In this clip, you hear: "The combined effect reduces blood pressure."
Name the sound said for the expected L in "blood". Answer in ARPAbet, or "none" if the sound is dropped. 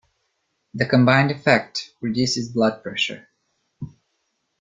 L